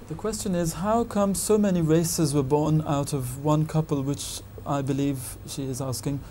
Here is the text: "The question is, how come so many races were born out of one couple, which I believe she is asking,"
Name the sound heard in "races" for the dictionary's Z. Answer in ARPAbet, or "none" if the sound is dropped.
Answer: Z